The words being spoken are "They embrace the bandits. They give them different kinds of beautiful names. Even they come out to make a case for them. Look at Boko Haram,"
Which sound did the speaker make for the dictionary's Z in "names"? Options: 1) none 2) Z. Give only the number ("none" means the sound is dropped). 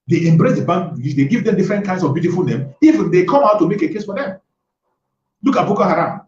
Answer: 1